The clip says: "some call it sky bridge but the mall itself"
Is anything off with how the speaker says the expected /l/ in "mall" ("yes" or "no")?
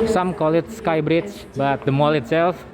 no